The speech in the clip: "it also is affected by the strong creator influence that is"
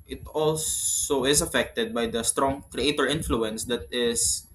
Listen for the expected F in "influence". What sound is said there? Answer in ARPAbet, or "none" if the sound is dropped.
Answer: F